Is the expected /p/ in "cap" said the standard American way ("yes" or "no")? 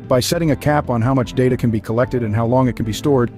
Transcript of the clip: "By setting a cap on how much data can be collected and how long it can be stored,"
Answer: yes